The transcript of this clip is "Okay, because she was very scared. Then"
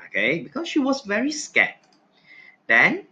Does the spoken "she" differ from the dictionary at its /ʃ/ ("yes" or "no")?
no